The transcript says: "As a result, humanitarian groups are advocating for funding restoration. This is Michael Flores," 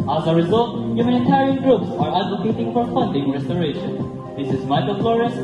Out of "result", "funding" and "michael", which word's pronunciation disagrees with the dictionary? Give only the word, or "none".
none